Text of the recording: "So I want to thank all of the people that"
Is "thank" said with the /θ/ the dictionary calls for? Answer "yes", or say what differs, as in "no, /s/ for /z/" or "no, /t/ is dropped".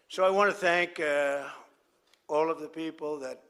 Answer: yes